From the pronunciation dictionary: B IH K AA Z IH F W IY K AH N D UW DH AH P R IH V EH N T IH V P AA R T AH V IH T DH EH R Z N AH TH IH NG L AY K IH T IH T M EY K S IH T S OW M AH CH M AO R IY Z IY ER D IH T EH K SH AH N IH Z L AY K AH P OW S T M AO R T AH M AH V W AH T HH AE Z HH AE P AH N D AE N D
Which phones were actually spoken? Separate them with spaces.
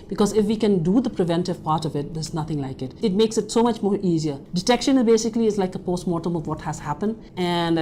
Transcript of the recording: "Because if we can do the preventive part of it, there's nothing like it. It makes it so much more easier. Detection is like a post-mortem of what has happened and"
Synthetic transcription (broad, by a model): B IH K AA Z IH F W IY K AH N D UW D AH P R IH V EH N T IH V P AA R T AH V IH T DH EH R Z N AH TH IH NG L AY K IH T IH T M EY K S IH T S OW M AH CH M AO R IY Z IY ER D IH T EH K SH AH N IH Z L AY K AH P OW S T M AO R T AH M AH V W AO T HH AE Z HH AE P AH N D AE N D